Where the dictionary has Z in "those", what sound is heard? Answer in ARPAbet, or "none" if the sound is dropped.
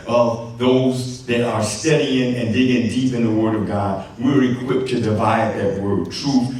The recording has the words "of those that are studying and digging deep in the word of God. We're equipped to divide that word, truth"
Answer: Z